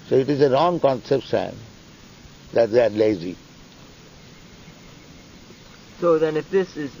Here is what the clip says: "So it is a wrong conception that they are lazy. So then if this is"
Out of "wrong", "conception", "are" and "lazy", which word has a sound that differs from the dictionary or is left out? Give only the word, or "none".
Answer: conception